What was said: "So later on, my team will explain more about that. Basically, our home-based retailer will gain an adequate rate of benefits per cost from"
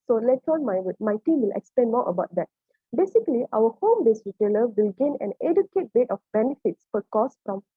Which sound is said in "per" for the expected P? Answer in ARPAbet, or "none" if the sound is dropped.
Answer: F